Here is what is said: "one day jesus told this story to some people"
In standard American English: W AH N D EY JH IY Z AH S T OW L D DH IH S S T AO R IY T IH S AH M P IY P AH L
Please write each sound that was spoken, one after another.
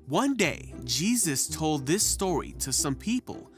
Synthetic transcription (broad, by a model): W AH N D EY JH IY Z AH S T OW L D DH IH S S T AO R IY T IH S AH M P IY P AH L